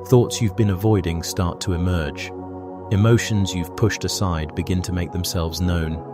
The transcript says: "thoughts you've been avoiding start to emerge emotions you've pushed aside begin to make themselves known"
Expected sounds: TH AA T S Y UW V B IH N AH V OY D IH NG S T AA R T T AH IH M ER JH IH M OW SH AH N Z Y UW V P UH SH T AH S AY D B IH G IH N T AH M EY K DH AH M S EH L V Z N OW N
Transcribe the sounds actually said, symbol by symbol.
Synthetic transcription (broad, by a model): TH AA T S Y UW V B IH N AH V OY D IH NG S T AA R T T AH IH M ER JH IH M OW SH AH N Z Y UW V P UH SH T AH S AY D B IH G IH N T AH M EY K DH AH M S EH L V Z N OW N